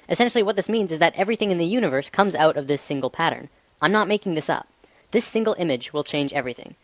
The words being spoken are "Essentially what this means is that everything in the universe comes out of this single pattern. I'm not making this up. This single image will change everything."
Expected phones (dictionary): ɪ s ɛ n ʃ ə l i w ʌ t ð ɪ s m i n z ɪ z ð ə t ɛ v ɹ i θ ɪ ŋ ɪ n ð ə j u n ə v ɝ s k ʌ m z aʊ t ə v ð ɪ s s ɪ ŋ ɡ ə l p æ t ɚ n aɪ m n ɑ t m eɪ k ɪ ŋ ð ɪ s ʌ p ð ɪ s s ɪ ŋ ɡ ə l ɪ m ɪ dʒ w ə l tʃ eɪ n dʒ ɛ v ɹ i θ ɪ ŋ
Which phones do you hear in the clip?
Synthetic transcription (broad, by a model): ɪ s ɛ n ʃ l i w ʌ t ð ɪ s m i n z ɪ z ð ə t ɛ v ɹ i θ ɪ ŋ ɪ n ð ə j u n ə v ɝ s k ʌ m z aʊ t ə v ð ɪ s s ɪ ŋ ɡ l p æ t ɚ n aɪ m n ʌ t m eɪ k ɪ ŋ ð ɪ s ʌ p ð ɪ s s ɪ ŋ ɡ l ɪ m ɪ dʒ w ə l tʃ eɪ n dʒ ɛ v ɹ i θ ɪ ŋ